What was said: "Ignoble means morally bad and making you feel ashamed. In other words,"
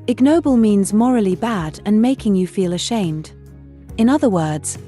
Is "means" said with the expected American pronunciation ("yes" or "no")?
yes